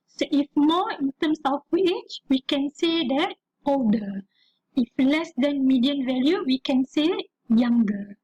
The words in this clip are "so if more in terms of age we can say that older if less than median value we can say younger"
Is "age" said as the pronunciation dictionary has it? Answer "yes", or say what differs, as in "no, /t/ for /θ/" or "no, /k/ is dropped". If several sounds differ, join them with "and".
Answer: no, /tʃ/ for /dʒ/